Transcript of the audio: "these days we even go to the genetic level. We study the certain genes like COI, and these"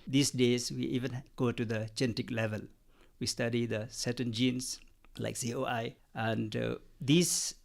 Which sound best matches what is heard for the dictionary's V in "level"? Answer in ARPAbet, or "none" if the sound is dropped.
V